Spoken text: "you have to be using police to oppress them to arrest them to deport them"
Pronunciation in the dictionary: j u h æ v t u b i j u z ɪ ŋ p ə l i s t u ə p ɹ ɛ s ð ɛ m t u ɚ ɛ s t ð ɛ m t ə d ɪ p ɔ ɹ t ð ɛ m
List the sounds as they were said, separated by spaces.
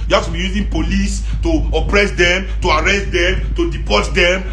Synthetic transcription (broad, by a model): j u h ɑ f t u b i j u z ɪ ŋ p ə l i s t u ə p ɹ ɛ s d ɛ m t u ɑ ɛ s t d ɛ m t ə d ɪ p ɔ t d ɛ m